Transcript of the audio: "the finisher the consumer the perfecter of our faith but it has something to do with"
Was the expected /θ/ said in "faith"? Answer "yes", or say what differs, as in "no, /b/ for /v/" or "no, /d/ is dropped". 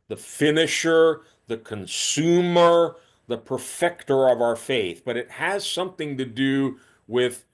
yes